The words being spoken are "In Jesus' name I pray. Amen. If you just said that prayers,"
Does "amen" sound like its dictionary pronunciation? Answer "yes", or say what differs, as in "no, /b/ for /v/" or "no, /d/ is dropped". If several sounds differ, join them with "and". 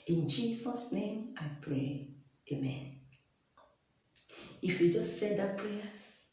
yes